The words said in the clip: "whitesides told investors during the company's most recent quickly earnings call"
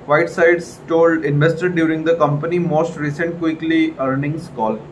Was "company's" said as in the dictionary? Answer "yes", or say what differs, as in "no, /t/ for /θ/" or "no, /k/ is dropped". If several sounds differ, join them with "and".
no, /z/ is dropped